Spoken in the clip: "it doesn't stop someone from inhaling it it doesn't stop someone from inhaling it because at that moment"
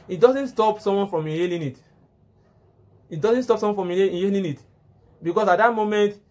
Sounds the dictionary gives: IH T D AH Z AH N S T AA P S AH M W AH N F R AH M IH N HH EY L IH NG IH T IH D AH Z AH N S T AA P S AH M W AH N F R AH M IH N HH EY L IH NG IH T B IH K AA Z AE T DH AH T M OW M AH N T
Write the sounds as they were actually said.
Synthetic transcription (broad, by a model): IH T D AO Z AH N S T AA P S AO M W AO N F R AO M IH HH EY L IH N IH T IH D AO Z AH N S T AA P S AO W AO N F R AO M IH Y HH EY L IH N IH T B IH K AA S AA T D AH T M OW M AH N T